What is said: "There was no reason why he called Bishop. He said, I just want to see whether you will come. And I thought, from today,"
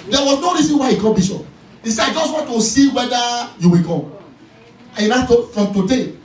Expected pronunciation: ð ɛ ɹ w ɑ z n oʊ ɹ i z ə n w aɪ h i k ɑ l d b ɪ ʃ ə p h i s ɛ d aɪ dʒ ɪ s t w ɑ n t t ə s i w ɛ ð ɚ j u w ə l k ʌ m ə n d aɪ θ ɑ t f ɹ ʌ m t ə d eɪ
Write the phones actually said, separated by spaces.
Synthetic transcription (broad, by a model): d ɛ w ɑ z n oʊ ɹ i z ə n w aɪ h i k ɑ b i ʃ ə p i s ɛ aɪ dʒ ɪ s t w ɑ n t t ə s i w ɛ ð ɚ j u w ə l k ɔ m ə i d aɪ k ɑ f ɹ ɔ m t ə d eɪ